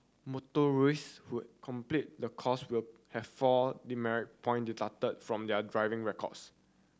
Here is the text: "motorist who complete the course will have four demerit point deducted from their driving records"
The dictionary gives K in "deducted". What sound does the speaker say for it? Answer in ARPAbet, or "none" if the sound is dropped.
none